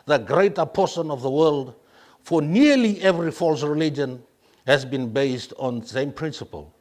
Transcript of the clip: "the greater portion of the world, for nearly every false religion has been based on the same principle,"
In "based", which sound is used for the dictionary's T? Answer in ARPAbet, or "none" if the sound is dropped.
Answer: T